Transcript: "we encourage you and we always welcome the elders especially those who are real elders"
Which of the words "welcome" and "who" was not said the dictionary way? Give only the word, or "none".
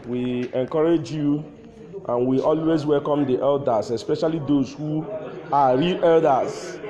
none